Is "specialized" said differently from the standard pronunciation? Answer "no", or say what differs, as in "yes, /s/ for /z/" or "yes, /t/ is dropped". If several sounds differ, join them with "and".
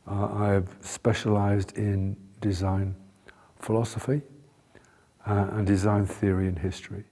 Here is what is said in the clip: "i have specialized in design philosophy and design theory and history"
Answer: no